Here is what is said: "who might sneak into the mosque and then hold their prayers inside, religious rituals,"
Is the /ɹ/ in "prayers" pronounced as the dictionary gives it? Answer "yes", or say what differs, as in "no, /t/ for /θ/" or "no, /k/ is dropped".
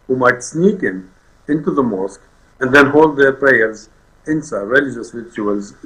yes